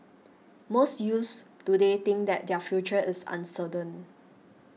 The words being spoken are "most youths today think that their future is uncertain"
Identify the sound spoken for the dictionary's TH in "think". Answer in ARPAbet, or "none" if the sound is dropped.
T